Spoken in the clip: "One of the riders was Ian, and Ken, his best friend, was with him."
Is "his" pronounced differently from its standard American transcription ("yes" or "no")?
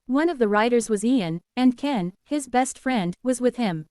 no